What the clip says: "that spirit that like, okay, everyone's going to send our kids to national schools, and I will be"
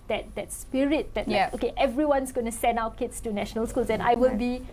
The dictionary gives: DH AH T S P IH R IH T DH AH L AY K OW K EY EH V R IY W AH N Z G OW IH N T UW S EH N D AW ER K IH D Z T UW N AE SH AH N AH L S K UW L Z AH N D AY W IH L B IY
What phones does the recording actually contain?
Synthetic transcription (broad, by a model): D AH T S P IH R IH T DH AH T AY OW K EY EH V R IY W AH N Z G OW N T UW S EH N D AW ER K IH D S T UW N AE SH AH N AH L S K UW L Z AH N AY W IH L B IY